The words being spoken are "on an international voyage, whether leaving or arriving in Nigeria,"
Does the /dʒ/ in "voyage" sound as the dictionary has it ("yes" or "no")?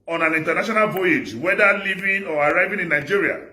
yes